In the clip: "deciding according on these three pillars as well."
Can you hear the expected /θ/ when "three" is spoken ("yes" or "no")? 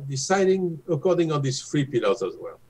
no